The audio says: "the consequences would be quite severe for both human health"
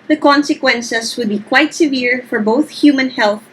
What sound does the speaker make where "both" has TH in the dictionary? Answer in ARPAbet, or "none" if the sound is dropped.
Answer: TH